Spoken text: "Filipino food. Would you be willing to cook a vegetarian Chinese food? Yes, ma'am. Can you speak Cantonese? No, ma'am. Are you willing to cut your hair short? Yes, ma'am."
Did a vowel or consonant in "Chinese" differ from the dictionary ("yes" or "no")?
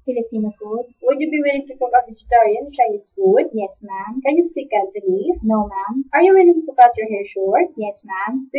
yes